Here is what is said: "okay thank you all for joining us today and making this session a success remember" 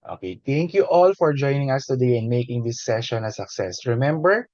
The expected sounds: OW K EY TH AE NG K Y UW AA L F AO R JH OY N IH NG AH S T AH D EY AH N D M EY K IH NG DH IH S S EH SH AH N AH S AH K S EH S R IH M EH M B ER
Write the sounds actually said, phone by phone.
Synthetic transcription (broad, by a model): OW K EY T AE NG K Y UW AA L F AO R JH OY N IH NG AH S T AH D EY AH N D M EY K IH NG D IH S S EH SH AH N AH S AH K S EH S R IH M EH M B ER